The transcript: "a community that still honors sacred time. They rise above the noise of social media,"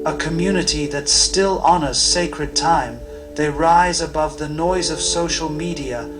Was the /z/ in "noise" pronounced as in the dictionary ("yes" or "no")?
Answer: yes